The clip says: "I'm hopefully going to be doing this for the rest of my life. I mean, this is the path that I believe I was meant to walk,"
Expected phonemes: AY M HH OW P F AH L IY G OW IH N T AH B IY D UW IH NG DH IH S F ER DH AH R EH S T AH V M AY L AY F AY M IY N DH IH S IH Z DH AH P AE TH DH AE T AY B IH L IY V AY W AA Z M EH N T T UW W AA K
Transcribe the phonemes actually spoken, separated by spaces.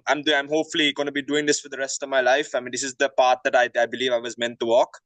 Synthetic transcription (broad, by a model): AY M HH OW P F AH L IY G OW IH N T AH B IY D UW IH NG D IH S F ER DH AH R EH S T AH V M AY L AY F AY M IY N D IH S IH Z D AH P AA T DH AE T AY B IH L IY V AY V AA Z M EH N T T UW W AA K